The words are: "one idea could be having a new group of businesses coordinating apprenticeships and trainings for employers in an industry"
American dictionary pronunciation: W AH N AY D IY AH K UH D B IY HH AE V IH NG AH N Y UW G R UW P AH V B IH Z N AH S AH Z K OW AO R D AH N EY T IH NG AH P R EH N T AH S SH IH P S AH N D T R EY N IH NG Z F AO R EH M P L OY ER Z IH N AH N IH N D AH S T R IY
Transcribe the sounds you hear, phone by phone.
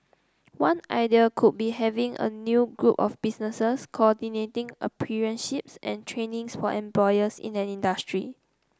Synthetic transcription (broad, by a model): W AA N AY D IY AH K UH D B IY HH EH V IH NG AH N Y UW G R UW P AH F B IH S N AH S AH S K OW AO D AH N EY T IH NG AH P IY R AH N SH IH P S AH N T R EY N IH NG S F AO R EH M P L OY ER S IH N AH N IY N D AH S T R IY